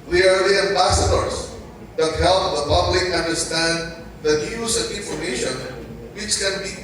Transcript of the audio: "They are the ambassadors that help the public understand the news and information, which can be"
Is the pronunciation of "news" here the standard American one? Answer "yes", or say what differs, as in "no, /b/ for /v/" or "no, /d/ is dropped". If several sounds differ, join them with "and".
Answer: no, /z/ is dropped